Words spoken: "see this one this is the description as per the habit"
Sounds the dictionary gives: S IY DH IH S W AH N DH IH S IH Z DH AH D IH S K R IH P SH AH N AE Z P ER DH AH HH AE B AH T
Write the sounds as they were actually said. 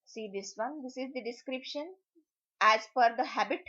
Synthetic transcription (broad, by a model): S IY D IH S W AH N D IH S IH Z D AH D IH S K R IH P SH AH N AE Z F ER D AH HH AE B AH T